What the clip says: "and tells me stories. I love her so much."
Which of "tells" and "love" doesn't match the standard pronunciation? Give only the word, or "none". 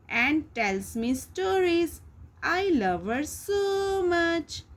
tells